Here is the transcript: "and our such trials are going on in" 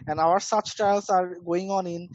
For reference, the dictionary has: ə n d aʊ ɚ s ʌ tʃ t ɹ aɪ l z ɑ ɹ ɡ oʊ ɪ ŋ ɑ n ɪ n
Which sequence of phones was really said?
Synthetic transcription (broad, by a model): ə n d aʊ ɚ s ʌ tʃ t aɪ l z ɑ ɹ ɡ oʊ ɪ ŋ ɑ n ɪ n